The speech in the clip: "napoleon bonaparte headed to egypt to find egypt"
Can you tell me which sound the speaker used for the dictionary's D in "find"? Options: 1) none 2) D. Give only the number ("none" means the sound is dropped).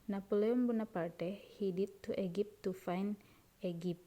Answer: 1